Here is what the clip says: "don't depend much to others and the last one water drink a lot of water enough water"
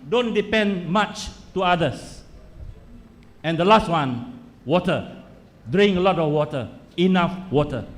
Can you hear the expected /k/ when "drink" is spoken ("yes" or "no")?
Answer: no